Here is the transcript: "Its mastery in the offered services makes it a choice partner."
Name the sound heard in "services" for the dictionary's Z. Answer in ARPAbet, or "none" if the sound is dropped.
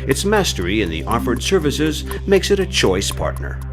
Z